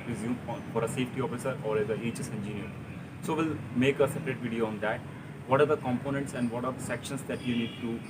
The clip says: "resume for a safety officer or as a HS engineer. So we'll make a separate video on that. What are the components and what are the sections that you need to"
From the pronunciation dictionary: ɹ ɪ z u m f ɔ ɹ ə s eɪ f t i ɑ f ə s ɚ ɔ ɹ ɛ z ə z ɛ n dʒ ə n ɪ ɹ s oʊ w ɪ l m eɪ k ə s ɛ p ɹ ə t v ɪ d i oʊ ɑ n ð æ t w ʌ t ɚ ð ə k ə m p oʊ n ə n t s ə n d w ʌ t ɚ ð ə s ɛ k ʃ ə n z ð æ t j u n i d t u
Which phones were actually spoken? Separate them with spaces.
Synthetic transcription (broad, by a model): ɹ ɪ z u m f ɔ ɹ ə s eɪ f t i ɑ f ə s ɚ ɔ ɹ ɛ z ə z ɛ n dʒ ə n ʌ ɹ s oʊ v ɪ l m eɪ k ə s ɛ p ɹ ə t v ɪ d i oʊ ɑ n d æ t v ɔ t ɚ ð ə k ə m p oʊ n ə n t s ə n d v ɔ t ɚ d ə s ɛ k ʃ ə n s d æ t j u n i d t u